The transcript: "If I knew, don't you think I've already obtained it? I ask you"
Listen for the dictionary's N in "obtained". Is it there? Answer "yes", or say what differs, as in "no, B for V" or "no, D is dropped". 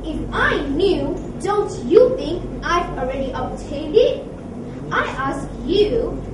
no, N is dropped